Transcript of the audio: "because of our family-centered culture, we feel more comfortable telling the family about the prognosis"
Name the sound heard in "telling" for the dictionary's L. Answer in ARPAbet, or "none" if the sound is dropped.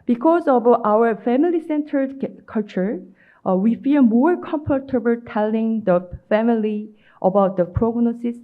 L